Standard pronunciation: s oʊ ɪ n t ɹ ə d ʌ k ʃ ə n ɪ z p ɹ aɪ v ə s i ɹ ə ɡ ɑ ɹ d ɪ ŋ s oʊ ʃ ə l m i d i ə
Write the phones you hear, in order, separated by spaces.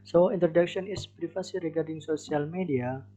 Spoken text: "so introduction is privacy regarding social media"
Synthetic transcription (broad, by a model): s oʊ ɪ n t ɹ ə d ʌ k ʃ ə n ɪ s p ɹ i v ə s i ɹ ə ɡ ɑ ɹ d ɪ ŋ s oʊ s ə l m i d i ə